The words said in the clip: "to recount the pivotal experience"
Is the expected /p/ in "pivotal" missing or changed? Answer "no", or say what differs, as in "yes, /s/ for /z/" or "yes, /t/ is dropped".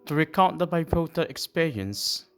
yes, /b/ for /p/